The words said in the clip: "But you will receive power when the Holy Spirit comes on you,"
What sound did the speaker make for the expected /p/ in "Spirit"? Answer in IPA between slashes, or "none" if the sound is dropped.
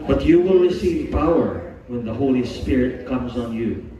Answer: /p/